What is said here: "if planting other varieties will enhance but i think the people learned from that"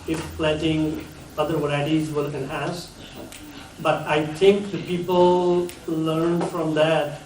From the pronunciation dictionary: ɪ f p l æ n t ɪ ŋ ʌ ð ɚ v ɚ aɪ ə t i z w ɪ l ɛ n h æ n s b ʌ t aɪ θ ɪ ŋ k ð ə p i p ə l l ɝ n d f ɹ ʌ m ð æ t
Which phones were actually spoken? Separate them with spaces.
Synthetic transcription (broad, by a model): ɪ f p l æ t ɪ ŋ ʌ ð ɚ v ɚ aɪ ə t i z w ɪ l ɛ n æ s b ʌ t aɪ t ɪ ŋ k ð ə p i p ə l l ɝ n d f ɹ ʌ m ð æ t